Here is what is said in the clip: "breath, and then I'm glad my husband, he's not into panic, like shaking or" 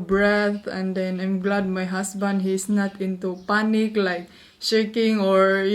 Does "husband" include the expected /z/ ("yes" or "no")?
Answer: no